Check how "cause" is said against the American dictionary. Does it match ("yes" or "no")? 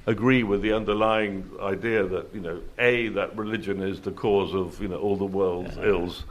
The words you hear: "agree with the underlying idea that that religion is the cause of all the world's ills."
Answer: yes